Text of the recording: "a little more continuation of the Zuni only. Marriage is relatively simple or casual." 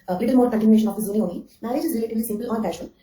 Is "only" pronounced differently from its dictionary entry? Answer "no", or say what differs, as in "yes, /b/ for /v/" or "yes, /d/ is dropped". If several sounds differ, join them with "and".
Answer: yes, /l/ is dropped